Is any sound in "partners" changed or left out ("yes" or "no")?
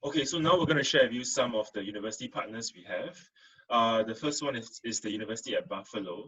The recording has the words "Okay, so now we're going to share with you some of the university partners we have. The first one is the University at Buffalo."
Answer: yes